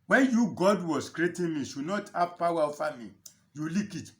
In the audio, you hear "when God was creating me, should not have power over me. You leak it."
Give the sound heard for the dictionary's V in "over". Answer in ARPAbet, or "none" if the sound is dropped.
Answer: F